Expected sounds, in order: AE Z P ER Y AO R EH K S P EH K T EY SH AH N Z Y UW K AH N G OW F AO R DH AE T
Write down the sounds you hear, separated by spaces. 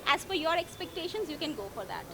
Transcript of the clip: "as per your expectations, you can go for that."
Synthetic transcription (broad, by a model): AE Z F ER Y AO R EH K S P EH K T EY SH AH N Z Y UW K AH N G OW F AO R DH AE T